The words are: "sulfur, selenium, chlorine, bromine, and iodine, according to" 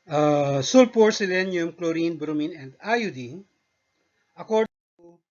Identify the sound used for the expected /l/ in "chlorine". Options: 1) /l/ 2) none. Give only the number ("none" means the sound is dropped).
1